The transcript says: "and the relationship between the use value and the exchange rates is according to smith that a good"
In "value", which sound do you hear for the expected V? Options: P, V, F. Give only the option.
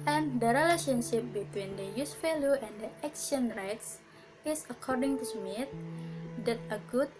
F